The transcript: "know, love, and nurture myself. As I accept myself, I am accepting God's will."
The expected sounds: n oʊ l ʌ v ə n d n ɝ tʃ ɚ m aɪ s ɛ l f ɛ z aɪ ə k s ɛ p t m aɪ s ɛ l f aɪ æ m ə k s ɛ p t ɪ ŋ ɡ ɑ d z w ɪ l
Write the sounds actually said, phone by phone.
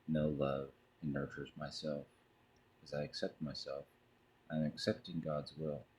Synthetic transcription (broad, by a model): n oʊ l ʌ v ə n n ɝ tʃ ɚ m aɪ s ɛ l f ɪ z aɪ ə k s ɛ p t m aɪ s ɛ l f aɪ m ə k s ɛ p t ɪ ŋ ɡ ɑ d z w ɪ l